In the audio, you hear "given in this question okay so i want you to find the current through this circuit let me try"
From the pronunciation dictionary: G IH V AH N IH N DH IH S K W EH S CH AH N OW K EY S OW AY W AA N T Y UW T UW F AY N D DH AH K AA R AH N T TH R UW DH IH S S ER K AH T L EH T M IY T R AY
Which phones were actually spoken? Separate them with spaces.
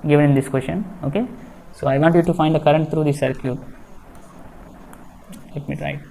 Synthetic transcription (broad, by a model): G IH V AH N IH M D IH S K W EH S SH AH N OW K EY S OW AY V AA N T Y UW T UW F AY N D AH K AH R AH N T T R UW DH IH S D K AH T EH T M IY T R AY